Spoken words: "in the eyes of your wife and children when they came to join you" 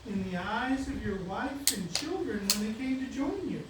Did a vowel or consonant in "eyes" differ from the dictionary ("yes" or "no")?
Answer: no